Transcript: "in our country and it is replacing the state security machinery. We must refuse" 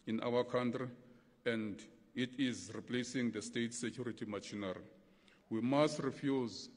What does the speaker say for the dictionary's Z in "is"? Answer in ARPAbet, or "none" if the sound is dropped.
Z